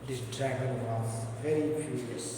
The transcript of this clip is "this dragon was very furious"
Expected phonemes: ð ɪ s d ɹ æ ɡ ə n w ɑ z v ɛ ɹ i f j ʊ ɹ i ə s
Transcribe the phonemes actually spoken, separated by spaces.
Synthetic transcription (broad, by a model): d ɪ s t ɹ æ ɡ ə l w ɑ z v ɛ ɹ i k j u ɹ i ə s